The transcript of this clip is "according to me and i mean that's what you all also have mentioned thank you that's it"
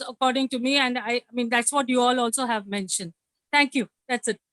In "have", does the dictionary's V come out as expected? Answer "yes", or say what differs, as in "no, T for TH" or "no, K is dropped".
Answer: yes